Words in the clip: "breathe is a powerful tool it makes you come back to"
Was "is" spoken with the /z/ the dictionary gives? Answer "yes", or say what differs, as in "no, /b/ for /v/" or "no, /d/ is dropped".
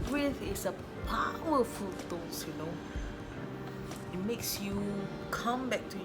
no, /s/ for /z/